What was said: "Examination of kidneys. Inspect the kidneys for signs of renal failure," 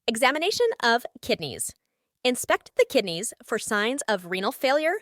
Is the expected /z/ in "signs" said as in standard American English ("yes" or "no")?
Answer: yes